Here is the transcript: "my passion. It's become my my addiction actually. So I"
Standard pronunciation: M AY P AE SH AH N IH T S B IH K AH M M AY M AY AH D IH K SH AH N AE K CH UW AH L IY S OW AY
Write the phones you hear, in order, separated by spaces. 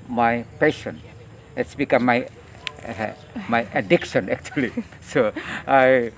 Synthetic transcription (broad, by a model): M AY P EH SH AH N IH T S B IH K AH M M AY M AY AH D IH K SH AH N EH K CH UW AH L IY S OW AY